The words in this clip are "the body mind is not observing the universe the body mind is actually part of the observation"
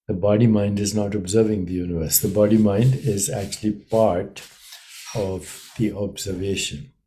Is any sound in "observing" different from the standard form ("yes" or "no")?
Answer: no